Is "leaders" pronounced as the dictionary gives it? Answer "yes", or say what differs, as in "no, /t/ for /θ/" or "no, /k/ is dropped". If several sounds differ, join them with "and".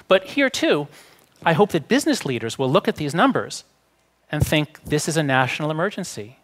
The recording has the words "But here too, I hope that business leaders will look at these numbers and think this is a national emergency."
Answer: yes